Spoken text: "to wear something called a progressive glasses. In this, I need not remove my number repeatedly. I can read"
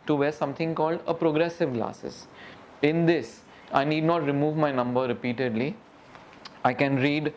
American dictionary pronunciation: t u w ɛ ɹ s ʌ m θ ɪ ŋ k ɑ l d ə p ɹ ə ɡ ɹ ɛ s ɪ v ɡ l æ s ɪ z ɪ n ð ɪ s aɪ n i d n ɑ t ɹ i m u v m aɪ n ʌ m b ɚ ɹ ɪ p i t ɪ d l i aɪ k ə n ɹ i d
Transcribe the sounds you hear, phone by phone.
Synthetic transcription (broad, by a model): t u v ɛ ɹ s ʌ m t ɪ ŋ k ɑ l d ə p ɹ ə ɡ ɹ ɛ s ɪ v ɡ l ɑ s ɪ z ɪ n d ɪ s aɪ n i d n ɑ t ɹ i m u v m aɪ n ʌ m b ɚ ɹ ɪ p i t ɪ d l i aɪ k ə n ɹ i d